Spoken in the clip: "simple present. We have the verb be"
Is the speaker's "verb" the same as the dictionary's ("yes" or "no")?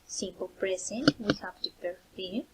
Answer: no